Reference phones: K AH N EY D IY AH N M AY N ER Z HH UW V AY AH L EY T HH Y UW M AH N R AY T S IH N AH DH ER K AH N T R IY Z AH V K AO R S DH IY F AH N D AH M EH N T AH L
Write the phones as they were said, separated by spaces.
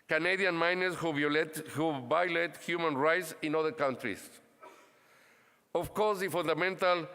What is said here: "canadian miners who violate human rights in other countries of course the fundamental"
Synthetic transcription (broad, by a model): K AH N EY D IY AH N M AY N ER S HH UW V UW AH L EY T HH Y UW M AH N R AY T S IH N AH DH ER K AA N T R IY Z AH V K AO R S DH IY F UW N D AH M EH N T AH L